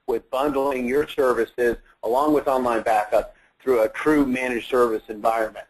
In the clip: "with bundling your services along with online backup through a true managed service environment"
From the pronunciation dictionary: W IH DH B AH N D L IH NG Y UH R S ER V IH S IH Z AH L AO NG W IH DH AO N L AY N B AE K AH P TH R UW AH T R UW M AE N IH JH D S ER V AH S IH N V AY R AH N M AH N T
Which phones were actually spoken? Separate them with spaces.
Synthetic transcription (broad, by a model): W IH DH B AH N D L IH NG Y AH R S ER V IH S IH Z AH L AO NG W IH DH AO N L AY N B AE K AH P TH R UW AH T R UW M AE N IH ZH S ER V AH S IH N V AY R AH N M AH N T